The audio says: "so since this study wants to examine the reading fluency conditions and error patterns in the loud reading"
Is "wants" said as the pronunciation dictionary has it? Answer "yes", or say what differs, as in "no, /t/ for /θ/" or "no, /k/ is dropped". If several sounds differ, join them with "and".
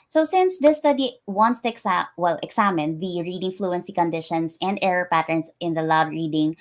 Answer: yes